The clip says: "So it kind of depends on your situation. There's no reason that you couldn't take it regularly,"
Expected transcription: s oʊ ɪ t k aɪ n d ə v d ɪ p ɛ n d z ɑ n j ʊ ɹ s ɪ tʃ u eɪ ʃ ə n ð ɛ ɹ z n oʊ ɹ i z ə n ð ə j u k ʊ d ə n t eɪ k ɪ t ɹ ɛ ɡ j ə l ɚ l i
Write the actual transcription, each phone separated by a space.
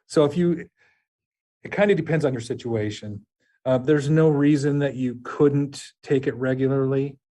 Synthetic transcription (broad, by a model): s oʊ ɪ t k aɪ n d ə d ɪ p ɛ n d z n j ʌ ɹ s ɪ tʃ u eɪ ʃ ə n ð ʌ ɹ z n oʊ ɹ i z ə n ð ə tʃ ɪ k ʊ d n t eɪ k ɪ t ɹ ɛ ɡ j l ɚ l i